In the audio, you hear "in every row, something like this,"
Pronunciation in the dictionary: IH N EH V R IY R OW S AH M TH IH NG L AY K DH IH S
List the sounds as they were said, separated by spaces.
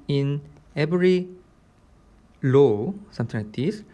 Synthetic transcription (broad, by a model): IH N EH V R IY L OW S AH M T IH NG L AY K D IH S